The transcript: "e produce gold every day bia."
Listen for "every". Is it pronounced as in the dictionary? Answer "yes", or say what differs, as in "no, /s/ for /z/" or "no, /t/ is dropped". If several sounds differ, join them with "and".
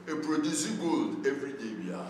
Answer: no, /f/ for /v/